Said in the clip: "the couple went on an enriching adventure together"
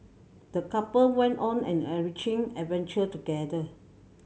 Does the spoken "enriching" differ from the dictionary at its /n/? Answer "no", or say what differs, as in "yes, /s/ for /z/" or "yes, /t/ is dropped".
yes, /n/ is dropped